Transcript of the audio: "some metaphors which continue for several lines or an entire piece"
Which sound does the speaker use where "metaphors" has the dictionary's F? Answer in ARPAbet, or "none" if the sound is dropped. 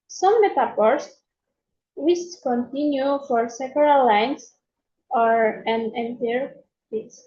P